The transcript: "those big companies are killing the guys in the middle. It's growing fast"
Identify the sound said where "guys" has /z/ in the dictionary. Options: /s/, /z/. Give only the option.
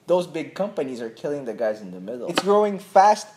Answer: /z/